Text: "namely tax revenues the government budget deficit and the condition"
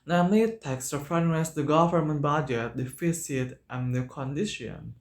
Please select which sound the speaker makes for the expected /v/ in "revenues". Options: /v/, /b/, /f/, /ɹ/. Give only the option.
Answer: /f/